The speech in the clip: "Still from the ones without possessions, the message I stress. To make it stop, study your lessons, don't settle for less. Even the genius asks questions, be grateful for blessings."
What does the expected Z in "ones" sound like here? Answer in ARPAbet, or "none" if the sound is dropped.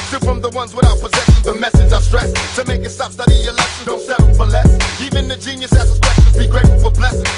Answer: Z